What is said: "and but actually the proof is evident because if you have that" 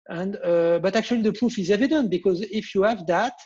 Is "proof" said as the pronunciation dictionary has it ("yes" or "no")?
yes